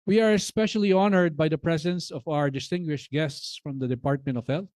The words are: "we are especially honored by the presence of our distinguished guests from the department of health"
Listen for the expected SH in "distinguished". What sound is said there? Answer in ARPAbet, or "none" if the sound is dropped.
SH